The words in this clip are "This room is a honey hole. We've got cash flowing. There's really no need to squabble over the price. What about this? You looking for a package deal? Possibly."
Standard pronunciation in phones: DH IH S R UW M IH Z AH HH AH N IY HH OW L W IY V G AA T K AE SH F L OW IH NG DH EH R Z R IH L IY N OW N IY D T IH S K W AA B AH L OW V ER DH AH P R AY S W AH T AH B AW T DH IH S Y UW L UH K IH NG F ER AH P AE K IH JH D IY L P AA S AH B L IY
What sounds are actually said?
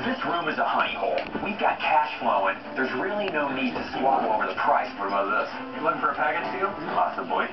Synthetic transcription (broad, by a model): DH IH S R UW M IH Z AH HH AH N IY HH OW L W IY V G AA T K AE SH F L OW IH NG DH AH R Z R IH L IY N OW N IY D T IH S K W AA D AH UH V ER DH AH P R AY S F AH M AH AH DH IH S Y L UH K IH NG F ER AH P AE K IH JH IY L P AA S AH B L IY